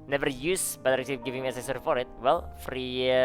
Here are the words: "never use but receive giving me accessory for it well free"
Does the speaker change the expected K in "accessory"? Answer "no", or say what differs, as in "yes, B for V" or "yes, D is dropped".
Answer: yes, K is dropped